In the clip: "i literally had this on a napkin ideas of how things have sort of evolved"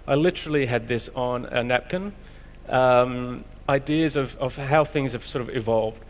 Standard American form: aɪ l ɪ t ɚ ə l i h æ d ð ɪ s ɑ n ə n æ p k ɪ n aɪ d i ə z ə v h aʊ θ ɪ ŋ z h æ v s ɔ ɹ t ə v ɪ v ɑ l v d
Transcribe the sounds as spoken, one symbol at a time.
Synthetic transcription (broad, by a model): aɪ l ɪ t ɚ l i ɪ d ð ɪ s n ə n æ p k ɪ n aɪ d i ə z ə v h aʊ θ ɪ ŋ z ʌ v s ɔ ɹ t ə v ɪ v ɑ l v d